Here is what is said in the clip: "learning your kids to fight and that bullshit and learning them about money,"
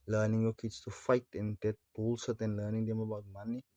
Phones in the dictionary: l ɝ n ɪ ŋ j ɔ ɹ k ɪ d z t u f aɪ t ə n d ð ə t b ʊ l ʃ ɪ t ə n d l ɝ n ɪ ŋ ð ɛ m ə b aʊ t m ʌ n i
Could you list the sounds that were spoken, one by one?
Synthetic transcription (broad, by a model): l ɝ n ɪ ŋ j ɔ k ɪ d s t u f aɪ t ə n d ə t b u l s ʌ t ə n l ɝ n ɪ ŋ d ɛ m ə b aʊ t m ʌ n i